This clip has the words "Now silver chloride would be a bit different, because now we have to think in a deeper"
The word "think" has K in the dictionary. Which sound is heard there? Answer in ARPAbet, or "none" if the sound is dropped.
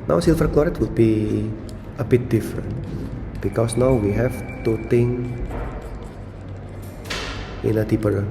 none